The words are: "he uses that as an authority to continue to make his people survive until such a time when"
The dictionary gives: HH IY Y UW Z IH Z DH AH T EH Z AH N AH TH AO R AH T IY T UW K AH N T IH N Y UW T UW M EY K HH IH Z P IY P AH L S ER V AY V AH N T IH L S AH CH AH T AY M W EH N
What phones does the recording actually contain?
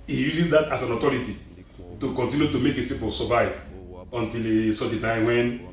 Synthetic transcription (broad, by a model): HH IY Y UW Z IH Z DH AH T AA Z AH N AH T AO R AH T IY T UW K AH N T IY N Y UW T UW M EY K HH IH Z P IY P AH L S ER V AY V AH N T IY L S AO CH AH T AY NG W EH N